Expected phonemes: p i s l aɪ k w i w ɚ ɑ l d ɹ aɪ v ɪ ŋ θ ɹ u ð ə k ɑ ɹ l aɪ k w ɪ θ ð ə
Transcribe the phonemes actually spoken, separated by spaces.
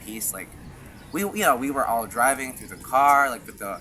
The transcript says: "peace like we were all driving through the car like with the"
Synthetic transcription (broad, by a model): p i s l aɪ k w i w ɚ ɑ l d ɹ aɪ v ɪ ŋ θ ɹ u ð ə k ɑ ɹ l aɪ k w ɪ ð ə